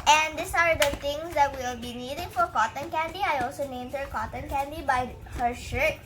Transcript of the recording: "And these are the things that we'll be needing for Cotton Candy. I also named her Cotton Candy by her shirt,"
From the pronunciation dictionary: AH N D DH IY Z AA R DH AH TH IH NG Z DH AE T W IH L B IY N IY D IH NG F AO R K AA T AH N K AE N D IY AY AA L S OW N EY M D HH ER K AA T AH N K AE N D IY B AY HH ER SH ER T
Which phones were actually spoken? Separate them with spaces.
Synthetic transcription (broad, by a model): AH N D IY S AA R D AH T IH NG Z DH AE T W IH L B IY N IY D IH NG F AO R K AA T AH N K AE N D IY AY AA L S OW N EY M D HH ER K AA T AH N K AE N D IY B AY HH ER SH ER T